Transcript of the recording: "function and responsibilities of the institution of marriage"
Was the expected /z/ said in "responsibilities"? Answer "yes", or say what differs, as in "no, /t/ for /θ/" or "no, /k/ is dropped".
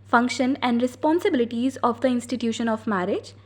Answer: yes